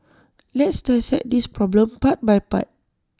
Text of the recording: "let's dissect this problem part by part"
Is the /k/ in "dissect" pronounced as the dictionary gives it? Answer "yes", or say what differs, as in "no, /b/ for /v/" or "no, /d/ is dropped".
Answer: no, /k/ is dropped